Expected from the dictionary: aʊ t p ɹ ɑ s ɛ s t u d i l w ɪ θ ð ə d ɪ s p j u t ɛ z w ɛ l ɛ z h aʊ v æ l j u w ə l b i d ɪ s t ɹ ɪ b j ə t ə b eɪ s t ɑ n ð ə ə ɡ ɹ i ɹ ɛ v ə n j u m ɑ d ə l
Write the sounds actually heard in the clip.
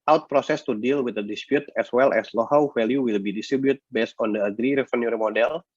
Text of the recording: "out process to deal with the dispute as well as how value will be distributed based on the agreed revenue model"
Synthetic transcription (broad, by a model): aʊ t p ɹ ɑ s ɛ s t u d i l w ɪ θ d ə d ɪ s p j u t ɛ s w ɛ l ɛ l h aʊ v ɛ l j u w ə l b i d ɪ s t ɹ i b j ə t b eɪ s t ɑ n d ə ə ɡ ɹ i ɹ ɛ f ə n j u m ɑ d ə l